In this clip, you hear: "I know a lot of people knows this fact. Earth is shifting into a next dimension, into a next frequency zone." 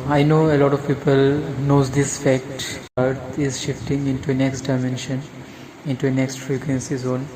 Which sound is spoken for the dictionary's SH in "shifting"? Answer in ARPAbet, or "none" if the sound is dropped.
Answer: SH